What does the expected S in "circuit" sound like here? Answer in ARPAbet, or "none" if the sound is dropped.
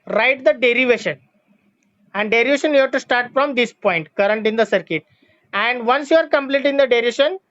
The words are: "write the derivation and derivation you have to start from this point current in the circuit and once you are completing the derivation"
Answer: S